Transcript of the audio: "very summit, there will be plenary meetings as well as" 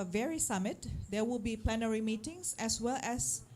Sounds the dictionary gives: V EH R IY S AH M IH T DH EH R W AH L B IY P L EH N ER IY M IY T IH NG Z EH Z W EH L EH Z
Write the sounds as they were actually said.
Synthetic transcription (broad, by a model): V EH R IY S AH M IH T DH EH W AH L B IY P L EH N ER IY M IY T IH NG S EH S W EH L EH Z